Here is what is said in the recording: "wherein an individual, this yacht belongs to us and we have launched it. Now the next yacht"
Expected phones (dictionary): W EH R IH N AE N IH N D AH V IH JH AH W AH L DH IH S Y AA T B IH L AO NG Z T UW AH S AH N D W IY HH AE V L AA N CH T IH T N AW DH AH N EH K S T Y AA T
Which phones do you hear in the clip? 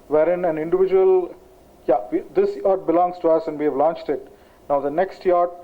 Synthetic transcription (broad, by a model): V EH R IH N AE N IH N D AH V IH JH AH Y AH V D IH S Y AA T B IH L AO NG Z T UW AH S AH N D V IY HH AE V L AA N CH T IH T N AW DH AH N EH K S T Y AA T